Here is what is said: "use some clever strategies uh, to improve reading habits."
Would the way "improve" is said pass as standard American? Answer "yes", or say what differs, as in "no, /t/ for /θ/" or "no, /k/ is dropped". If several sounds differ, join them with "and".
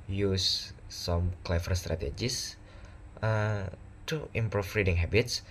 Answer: no, /f/ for /v/